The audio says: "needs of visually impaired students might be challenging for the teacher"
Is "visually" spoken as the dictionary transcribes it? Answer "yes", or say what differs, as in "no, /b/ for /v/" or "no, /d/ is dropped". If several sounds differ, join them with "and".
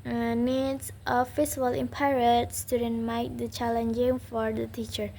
no, /s/ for /ʒ/